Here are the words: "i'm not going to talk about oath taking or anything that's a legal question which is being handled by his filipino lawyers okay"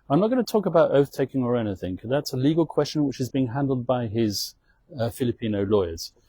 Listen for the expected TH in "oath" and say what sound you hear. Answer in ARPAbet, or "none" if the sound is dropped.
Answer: TH